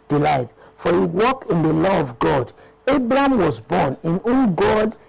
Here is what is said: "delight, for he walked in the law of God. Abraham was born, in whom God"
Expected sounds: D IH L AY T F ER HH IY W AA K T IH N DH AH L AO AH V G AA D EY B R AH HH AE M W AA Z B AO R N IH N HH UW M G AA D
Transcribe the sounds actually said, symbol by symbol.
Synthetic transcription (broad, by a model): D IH L AY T F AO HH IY W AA K IH N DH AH L AO AH V G AA D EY B R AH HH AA M W AA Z B AO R N IH N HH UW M G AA D